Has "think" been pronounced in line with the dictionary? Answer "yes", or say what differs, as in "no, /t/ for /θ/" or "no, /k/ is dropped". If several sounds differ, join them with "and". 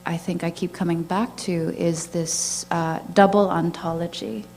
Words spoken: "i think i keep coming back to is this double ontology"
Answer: yes